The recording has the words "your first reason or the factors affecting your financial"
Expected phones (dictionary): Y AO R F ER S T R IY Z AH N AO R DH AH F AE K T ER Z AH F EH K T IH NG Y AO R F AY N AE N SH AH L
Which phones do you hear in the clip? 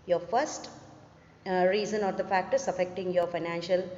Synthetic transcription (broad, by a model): Y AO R F ER S T R IY Z AH N AO R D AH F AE K T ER S AH F EH K T IH NG Y AO R F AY N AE N SH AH L